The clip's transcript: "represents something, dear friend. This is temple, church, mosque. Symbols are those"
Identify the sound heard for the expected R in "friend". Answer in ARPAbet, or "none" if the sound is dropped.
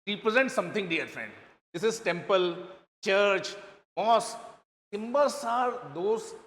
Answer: R